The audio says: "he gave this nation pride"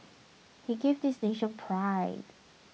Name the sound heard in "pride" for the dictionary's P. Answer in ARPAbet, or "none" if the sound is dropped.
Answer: P